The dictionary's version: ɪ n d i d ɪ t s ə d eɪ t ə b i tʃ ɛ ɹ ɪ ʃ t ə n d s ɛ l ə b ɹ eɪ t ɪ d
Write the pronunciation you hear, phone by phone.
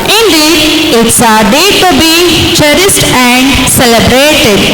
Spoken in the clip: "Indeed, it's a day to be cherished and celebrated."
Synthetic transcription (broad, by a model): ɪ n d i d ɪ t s ə d eɪ t ə b i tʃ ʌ ɹ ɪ s t ə n d s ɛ l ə b ɹ eɪ t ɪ d